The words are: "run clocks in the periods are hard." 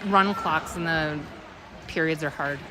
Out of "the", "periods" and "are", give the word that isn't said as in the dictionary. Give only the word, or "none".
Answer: none